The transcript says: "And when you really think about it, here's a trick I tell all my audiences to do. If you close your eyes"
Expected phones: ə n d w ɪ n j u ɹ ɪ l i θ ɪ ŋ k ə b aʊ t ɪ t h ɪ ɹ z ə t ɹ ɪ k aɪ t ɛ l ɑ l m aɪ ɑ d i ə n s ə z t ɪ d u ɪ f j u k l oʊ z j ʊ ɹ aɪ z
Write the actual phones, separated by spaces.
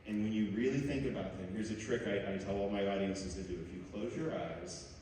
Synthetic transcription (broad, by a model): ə n w ɪ n j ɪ ɹ ɪ l i θ ɪ ŋ k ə b aʊ t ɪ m h ɪ ɹ z ə t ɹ ɪ k aɪ t ɛ l ɑ l m aɪ ɑ d i ə n s ə z t ɪ d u ɪ f j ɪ k l oʊ z j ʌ ɹ aɪ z